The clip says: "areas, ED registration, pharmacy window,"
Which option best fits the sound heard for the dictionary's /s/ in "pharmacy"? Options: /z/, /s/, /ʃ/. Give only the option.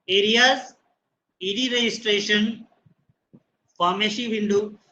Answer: /ʃ/